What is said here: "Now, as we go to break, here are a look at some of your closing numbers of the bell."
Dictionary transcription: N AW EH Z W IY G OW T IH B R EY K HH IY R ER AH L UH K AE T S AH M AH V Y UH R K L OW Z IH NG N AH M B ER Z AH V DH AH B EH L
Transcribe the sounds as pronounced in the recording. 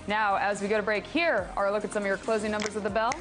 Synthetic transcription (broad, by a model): N AW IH Z W IY G OW T IH B R EY K HH IY R ER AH L UH K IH T S AH M AH V Y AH R K L OW Z IH NG N AH M B ER Z AH V DH AH B EH L